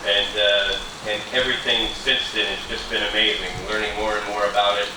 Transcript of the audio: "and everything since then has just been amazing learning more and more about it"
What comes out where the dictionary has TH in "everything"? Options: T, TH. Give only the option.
TH